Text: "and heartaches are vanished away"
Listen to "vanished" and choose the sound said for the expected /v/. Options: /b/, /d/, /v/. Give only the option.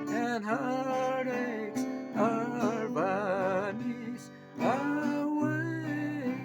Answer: /b/